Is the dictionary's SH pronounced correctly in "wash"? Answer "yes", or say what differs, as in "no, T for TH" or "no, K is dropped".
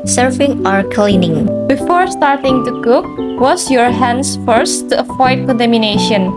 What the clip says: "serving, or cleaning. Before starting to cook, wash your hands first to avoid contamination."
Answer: no, S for SH